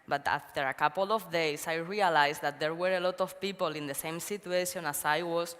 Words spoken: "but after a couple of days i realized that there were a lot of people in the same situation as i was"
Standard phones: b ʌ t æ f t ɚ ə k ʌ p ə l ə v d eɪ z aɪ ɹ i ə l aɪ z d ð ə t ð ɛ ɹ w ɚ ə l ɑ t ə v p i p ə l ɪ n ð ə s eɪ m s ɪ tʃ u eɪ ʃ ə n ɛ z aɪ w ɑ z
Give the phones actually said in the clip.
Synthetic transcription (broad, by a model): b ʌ t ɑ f t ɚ ə k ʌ p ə l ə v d eɪ s aɪ ɹ i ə l aɪ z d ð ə t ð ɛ ɹ w ɚ ə l ɑ t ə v p i p ə l ɪ n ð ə s eɪ m s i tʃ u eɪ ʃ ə n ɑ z aɪ w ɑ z